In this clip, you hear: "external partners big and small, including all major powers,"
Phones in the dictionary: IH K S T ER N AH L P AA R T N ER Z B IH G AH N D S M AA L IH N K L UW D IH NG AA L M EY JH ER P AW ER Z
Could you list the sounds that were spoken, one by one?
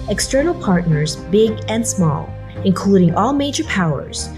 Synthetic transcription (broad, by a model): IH K S T ER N L P AA R T N ER Z B IH G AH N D S M AA L IH N K L UW D IH NG AA L M EY JH ER P AW ER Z